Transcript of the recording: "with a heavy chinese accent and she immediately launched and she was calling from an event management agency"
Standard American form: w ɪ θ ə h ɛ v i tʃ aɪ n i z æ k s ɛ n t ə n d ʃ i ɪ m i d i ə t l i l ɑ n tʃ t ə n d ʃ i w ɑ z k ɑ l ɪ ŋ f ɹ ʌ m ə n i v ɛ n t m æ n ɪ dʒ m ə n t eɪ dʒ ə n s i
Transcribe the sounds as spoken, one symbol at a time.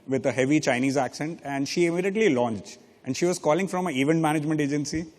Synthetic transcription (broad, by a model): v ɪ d ə h ɛ v i tʃ aɪ n i z æ k s ɛ n t ə n d ʃ i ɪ m i d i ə t l i l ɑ n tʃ t ə n d ʃ i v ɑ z k ɑ l ɪ ŋ f ɹ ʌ m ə i v ɛ n t m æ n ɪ dʒ m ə n t eɪ dʒ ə n s i